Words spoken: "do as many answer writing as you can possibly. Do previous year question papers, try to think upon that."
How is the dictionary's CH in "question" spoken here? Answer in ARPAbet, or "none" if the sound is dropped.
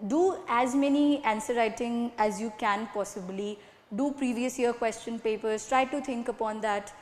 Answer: CH